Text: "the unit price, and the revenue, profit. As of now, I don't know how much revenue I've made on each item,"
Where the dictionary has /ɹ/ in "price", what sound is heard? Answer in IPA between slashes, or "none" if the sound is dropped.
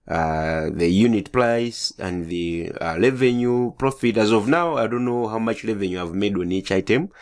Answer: /l/